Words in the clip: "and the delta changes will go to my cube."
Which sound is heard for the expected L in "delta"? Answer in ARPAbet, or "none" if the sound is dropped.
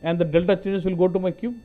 L